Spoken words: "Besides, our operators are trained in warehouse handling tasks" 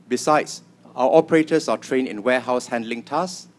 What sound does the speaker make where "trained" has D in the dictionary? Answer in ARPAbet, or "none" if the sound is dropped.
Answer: none